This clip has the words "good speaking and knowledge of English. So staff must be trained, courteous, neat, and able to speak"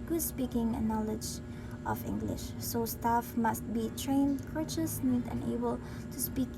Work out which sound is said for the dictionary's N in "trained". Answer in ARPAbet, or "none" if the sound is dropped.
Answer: N